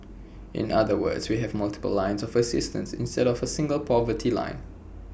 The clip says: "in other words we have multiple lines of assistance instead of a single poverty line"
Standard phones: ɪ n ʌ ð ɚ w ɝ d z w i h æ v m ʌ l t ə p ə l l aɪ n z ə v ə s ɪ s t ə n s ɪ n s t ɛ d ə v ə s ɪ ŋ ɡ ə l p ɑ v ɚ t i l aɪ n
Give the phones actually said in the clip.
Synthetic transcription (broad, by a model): ɪ n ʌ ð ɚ w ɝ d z w i h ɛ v m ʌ l t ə p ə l l aɪ n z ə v ə s ɪ s t ə n s ɪ n s t ɛ d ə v ə s ɪ ŋ ɡ ə l p ɑ v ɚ t i l aɪ n